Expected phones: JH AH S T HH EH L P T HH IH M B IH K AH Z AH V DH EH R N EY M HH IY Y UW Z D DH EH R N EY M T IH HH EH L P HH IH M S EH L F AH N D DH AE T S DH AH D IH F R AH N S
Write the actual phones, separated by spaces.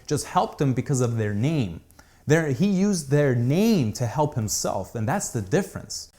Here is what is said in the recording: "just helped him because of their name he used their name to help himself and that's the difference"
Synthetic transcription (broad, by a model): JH AH S T HH EH L P T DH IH M B IH K AH Z AH V DH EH R N EY M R IY Y UW Z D DH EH R N EY M T IH HH EH L P HH IH M S EH L F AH N DH AE T S DH AH D IH F R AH N S